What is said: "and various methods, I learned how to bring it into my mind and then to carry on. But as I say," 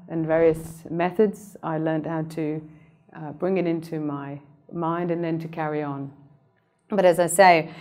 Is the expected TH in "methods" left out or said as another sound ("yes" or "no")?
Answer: no